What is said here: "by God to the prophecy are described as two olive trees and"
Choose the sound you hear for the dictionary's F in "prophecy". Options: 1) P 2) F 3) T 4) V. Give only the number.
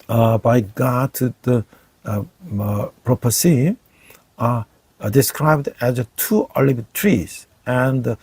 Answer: 1